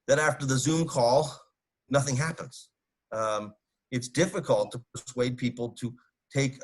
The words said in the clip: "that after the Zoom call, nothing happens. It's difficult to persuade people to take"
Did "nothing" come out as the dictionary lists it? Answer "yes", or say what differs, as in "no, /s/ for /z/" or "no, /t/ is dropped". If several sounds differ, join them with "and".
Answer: yes